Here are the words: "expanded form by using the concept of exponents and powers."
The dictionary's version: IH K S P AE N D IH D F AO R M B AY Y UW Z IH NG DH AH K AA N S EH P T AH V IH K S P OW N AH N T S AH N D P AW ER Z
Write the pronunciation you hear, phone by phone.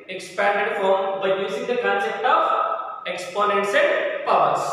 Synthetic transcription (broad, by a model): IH K S P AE N D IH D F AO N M B AY Y UW Z IH NG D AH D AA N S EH T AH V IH K S P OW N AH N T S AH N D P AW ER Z